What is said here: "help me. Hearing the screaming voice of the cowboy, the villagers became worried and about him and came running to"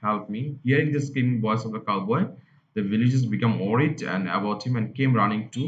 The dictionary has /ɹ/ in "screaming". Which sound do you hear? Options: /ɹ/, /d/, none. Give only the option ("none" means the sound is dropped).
none